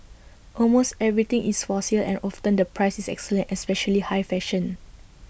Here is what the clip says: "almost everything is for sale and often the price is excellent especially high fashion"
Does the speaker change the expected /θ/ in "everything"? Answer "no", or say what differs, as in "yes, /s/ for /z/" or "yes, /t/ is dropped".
yes, /t/ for /θ/